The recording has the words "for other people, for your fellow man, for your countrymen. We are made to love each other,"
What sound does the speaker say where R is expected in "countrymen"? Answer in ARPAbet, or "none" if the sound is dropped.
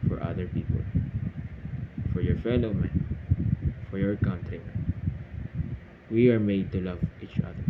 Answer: none